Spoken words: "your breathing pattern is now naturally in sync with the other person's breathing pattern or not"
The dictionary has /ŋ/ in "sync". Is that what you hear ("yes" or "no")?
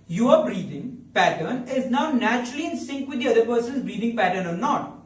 yes